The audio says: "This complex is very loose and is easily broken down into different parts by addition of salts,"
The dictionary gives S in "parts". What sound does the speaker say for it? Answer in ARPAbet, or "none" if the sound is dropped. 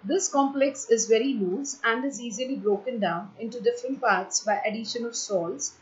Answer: S